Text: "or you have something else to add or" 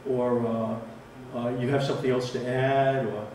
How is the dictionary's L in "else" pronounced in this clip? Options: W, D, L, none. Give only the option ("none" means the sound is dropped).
L